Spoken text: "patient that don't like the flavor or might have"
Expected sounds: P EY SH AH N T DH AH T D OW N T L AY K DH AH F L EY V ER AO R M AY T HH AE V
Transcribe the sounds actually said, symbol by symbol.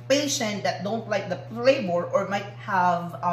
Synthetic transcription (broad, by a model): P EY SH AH N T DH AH T D OW N T L AY K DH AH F L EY B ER AO R M AY T HH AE V